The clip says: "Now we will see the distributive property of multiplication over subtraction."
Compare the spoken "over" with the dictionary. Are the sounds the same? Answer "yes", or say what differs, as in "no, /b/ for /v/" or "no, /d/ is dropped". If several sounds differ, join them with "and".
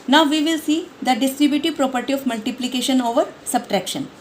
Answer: yes